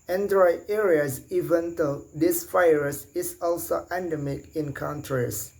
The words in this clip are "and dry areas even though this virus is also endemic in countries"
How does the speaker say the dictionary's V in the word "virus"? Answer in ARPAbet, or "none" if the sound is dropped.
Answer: F